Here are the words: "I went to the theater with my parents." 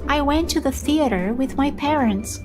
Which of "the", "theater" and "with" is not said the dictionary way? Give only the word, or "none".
none